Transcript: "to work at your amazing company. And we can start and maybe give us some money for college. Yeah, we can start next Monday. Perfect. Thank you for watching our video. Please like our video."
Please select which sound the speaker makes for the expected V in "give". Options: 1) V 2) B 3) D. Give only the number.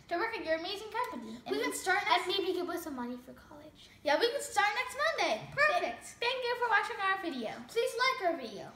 2